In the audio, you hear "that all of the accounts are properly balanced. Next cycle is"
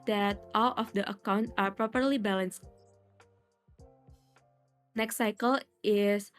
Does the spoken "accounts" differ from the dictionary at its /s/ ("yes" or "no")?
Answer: yes